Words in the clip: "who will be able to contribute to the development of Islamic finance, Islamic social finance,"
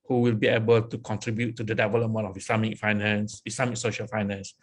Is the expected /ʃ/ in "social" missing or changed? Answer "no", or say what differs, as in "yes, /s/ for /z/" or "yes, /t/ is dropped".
no